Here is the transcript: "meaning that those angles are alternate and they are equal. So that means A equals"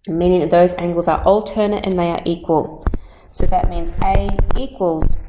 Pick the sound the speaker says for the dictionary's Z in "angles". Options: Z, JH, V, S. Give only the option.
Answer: Z